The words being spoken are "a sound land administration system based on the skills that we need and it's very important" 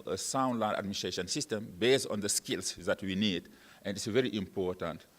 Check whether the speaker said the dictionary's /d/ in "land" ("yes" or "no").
no